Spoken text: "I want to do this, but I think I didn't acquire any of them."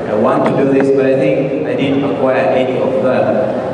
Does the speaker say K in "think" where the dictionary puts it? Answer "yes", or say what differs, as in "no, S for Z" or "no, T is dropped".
no, K is dropped